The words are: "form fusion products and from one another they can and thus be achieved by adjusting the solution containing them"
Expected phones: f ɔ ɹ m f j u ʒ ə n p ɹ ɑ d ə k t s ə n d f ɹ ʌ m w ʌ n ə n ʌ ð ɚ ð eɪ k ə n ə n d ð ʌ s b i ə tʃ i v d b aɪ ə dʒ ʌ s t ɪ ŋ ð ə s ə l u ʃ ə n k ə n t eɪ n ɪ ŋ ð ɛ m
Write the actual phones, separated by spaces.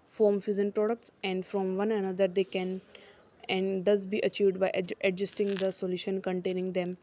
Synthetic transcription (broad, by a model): f ɔ ɹ m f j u z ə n p ɹ ɑ d ə k t s ə n d f ɹ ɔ m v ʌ n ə n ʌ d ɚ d eɪ k ə n ə n d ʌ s b i ə tʃ i v d b aɪ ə dʒ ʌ s t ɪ ŋ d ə s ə l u ʃ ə n k ə n t eɪ n ɪ ŋ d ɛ m